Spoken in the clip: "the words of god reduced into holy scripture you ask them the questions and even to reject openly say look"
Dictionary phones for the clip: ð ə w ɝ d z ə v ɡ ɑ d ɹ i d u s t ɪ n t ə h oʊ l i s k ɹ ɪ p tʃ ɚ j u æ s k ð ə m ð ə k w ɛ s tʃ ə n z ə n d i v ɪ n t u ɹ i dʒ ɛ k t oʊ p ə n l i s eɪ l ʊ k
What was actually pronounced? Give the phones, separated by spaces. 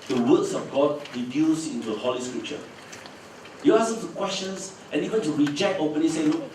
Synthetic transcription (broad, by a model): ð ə w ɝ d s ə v ɡ ɑ d ɹ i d u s ɪ n t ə h oʊ l i s k ɹ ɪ p tʃ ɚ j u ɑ s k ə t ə k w ɛ s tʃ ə n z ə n i v ɪ n t u ɹ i dʒ ɛ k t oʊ p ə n i s eɪ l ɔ